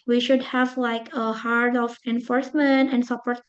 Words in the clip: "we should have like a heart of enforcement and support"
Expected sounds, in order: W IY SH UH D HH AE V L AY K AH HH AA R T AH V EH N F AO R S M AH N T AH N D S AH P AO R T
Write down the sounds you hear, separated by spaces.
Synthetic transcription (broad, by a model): W IY SH UH D HH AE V L AY K AH HH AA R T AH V EH N F AO R S M AH N T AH N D S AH P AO R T